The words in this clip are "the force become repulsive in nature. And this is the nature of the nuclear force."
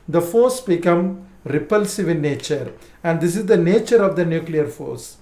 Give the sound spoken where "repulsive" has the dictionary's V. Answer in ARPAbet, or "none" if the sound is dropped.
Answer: V